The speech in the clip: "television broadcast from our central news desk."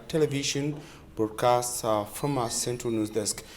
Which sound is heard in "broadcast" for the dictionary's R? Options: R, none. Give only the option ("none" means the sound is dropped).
none